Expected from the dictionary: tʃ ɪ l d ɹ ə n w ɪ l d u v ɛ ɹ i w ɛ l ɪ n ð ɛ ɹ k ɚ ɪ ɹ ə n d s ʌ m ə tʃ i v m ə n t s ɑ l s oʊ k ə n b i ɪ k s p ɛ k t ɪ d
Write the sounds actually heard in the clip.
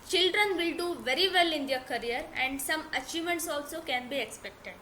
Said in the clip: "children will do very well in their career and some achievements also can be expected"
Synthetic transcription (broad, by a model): tʃ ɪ l d ɹ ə n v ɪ l d u v ɛ ɹ i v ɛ l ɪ n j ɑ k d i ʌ ɹ ə n d s ʌ m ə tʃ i m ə n t s ɑ l s oʊ k ə n b i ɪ k s p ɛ k t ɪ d